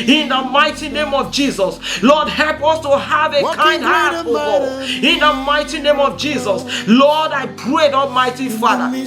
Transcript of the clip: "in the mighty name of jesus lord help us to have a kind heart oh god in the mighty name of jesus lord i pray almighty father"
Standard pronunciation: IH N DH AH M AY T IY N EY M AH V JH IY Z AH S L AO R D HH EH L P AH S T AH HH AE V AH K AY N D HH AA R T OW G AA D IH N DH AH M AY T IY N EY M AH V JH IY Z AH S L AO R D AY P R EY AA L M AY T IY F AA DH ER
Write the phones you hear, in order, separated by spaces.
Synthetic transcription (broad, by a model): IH N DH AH M AY T IY N EY M AH V JH IY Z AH S L AO D HH EH L P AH S T AH HH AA V AH K AY N D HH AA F OW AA IH N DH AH M AY T IY N EY M AH V JH IY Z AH S L AO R D AY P R EY AA L M AY T IY F AA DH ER